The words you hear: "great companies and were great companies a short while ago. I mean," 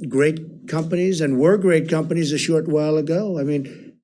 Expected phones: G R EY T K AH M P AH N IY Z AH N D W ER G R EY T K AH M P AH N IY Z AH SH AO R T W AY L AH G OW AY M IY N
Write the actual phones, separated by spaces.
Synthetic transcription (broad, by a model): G R EY T K AH M P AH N IY Z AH N W ER G R EY T K AH M P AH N IY Z AH SH AO R T W AY L AH G OW AY M IY N